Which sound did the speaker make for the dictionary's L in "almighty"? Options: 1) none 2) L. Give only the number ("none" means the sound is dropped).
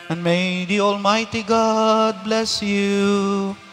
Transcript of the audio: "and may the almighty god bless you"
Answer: 2